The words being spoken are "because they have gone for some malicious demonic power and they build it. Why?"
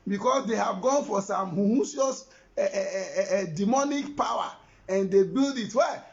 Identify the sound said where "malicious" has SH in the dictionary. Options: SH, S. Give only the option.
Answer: S